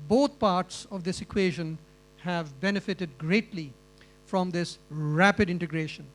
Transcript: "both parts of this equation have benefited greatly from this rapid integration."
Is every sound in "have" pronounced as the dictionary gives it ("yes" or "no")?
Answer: yes